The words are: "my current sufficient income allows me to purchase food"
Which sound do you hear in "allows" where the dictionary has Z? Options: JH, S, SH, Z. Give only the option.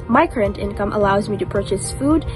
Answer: Z